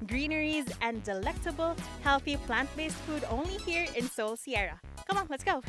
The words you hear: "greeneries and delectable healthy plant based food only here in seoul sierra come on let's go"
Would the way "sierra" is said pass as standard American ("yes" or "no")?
yes